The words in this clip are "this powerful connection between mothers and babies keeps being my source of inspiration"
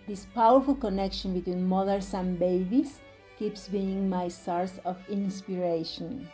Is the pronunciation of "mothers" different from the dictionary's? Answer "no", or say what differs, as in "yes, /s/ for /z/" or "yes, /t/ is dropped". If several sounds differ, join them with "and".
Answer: yes, /s/ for /z/